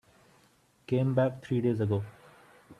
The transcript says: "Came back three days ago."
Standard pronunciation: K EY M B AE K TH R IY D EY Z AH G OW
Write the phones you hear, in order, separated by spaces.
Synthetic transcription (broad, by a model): K EY M B AE K T R IY D EY Z AH G OW